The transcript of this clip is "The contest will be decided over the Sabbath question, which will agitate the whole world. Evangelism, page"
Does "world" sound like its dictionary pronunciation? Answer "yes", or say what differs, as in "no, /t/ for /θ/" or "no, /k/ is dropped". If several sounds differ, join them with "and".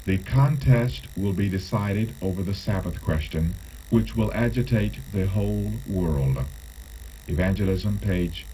yes